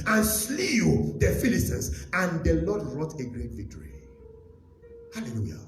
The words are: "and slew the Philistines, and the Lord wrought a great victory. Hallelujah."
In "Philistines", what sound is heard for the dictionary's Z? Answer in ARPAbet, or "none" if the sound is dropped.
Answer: S